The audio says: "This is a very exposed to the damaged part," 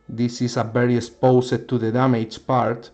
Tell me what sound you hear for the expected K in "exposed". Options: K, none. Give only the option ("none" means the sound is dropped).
none